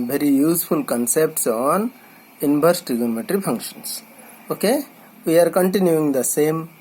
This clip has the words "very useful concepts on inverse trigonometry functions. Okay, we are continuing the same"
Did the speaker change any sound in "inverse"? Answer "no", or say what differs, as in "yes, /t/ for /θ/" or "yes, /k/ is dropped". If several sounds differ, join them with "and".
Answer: yes, /b/ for /v/